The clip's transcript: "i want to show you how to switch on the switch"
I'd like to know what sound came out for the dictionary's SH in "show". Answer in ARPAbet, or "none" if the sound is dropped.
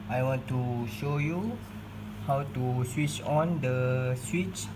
SH